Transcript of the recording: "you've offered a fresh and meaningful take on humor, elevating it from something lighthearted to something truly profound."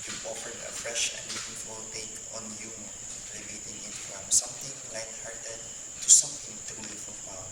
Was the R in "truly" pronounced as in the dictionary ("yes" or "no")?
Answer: no